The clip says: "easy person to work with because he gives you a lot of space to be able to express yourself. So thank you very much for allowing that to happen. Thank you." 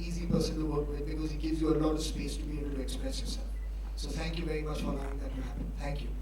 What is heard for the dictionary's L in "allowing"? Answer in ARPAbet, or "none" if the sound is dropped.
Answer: none